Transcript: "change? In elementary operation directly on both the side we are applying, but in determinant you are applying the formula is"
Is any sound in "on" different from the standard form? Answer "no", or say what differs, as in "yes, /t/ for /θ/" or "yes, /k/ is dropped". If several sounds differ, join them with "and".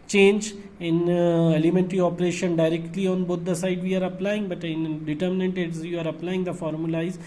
no